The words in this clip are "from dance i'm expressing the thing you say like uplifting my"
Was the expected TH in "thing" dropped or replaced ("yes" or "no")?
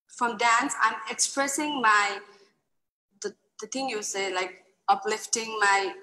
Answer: yes